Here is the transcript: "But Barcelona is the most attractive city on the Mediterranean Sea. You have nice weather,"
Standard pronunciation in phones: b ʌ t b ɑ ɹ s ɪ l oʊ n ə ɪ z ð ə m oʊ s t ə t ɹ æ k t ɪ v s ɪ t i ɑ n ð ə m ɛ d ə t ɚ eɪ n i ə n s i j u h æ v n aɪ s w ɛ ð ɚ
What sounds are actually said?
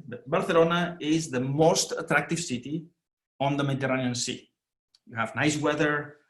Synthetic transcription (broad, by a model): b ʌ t b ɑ ɹ θ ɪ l oʊ n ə ɪ z ð ə m oʊ s t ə t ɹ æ k t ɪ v s ɪ t i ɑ n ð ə m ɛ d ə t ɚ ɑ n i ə n s i j u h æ v n aɪ s w ɛ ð ɚ